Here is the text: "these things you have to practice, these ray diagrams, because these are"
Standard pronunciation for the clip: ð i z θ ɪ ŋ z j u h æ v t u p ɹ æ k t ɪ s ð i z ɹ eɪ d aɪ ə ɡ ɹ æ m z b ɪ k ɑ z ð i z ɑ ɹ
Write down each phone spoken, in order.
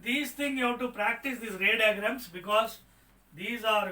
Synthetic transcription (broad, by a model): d i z t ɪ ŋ j u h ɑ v t u p ɹ æ k t ɪ s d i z ɹ eɪ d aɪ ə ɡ ɹ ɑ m s b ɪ k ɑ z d i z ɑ ɹ